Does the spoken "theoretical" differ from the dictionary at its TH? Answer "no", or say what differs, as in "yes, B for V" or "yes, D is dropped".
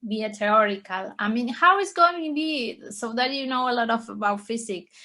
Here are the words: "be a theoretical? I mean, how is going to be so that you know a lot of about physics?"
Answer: yes, T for TH